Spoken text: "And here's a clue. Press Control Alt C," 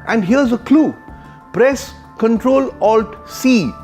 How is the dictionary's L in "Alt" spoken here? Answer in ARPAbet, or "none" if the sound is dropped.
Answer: L